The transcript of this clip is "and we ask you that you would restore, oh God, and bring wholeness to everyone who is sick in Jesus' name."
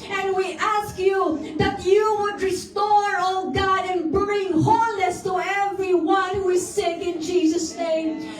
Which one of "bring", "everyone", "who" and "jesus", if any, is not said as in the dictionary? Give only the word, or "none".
none